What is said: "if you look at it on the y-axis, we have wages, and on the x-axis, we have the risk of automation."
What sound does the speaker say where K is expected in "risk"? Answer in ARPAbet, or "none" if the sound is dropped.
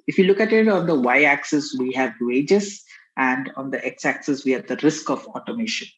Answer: K